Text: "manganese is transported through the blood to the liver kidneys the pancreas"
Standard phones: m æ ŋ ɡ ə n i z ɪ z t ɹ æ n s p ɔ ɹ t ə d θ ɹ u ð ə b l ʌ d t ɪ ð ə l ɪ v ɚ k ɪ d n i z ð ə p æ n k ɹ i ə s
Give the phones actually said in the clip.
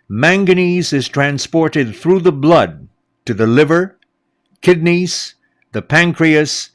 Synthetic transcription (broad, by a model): m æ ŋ ɡ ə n i z ɪ z t ɹ æ n s p ɔ ɹ t ə d θ ɹ u ð ə b l ʌ d t ɪ ð ə l ɪ v ɚ k ɪ d n i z ð ə p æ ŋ k ɹ i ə s